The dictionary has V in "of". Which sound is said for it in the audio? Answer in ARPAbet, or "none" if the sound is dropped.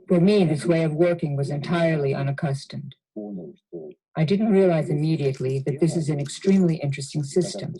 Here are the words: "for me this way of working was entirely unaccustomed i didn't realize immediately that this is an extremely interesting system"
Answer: V